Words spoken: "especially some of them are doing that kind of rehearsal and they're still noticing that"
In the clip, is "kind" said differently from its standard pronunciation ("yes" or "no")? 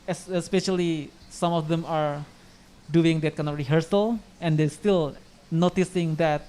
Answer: yes